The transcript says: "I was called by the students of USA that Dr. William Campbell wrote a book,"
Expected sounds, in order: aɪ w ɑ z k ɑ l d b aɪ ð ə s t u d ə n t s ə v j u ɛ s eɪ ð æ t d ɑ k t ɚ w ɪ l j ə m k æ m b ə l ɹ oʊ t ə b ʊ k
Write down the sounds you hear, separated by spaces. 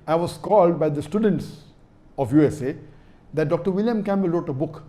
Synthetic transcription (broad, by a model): aɪ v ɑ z k ɑ l d b aɪ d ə s t u d ə n t s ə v j u ɛ s eɪ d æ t d ɑ k t ɚ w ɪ l j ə m k æ m b ə l ɹ oʊ t ə b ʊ k